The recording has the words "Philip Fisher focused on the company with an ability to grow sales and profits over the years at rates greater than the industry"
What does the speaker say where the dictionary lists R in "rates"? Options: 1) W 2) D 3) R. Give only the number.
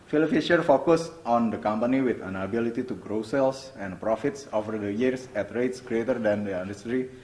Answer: 3